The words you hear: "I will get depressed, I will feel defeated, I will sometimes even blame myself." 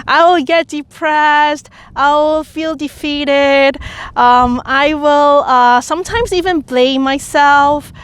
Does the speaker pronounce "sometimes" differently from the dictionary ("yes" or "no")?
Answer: no